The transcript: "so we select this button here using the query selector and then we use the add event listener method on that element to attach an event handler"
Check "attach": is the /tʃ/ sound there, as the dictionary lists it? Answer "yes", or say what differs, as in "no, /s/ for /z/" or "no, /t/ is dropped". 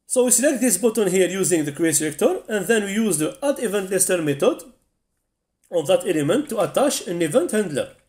no, /ʃ/ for /tʃ/